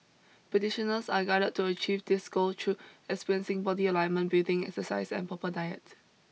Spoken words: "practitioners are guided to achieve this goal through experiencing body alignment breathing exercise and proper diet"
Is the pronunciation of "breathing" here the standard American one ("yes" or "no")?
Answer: no